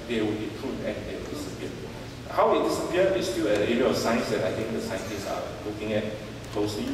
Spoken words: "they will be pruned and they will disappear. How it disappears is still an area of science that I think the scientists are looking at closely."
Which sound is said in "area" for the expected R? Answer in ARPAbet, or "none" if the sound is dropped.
none